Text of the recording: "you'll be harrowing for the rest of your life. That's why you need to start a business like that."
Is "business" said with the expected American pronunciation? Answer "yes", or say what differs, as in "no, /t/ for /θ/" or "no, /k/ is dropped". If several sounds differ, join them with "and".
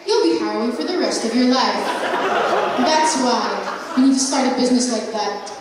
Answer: yes